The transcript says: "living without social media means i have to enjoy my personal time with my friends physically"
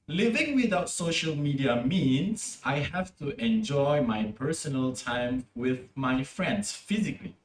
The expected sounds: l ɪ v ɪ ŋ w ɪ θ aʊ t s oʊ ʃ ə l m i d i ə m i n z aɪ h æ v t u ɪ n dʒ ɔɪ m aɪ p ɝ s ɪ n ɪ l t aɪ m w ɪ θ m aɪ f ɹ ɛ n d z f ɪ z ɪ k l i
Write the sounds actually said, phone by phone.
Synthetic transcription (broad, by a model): l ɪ v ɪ ŋ w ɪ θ aʊ t s oʊ ʃ ə l m i d i ə m i n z aɪ h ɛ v t u ɪ n dʒ ɔɪ m aɪ p ɝ s ɪ n ɪ l t aɪ m w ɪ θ m aɪ f ɹ ɛ n d s f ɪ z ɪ k l i